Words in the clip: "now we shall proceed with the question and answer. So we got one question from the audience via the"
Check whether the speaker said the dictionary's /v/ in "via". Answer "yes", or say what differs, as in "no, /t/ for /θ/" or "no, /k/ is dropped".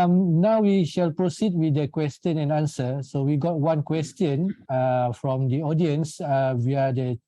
no, /w/ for /v/